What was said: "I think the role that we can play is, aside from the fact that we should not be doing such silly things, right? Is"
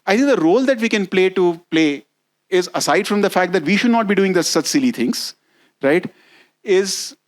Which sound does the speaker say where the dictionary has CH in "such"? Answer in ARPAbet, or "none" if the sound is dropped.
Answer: S